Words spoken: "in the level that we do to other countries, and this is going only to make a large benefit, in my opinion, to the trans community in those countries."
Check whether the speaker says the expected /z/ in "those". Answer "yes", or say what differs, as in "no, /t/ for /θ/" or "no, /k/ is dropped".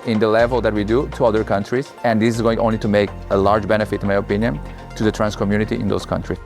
no, /s/ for /z/